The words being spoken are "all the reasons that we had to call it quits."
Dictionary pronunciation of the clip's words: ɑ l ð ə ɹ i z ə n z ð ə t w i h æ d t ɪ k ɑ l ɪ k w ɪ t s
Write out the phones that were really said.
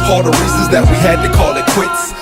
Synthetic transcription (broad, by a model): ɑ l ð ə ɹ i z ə z ð ə t w i h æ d t ɪ k ɑ l ɪ k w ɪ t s